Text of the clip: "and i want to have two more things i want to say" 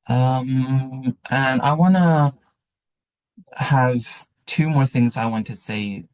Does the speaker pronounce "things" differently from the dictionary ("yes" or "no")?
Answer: no